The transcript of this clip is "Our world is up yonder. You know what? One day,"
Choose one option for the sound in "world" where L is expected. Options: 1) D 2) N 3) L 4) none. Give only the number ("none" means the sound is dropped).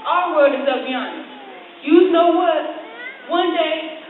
4